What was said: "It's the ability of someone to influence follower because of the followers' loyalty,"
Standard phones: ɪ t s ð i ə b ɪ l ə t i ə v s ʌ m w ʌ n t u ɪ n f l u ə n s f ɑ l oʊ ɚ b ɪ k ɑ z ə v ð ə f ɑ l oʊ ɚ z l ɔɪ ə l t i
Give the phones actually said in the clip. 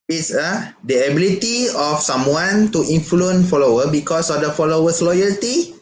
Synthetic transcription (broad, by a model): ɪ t s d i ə b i l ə t i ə f s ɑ m w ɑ n t u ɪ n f l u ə n f ɑ l oʊ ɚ b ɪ k ɑ s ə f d ə f ɑ l oʊ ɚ s l ɔɪ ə l t i